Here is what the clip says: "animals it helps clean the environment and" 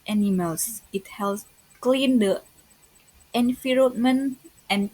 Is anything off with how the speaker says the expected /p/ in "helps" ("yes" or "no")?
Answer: yes